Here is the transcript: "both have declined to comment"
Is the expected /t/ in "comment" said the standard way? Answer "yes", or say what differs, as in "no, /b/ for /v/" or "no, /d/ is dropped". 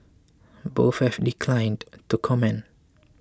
no, /t/ is dropped